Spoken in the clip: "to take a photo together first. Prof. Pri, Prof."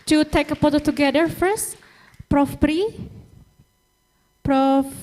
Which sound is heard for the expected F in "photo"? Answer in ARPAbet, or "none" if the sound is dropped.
P